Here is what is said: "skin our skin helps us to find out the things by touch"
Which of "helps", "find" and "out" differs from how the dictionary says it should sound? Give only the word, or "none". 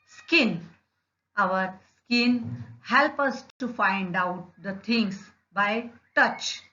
helps